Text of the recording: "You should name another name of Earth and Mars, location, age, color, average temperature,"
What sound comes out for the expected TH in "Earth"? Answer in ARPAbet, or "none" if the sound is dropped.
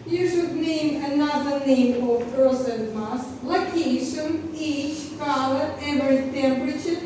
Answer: S